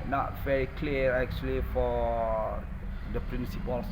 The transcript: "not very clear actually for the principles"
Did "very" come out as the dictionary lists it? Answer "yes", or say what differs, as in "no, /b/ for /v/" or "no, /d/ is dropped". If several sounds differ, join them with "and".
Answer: yes